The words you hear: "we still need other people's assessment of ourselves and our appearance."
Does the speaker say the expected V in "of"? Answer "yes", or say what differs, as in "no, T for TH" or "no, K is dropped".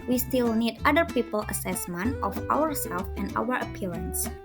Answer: no, W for V